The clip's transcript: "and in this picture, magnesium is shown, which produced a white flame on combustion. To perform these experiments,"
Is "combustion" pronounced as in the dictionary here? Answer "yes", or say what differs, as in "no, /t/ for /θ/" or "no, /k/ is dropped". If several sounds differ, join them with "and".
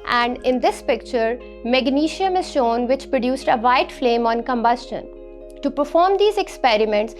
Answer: yes